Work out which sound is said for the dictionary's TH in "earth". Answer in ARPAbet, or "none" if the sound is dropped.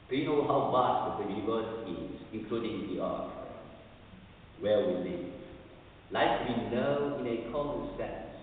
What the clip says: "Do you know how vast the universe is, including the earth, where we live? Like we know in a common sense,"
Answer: T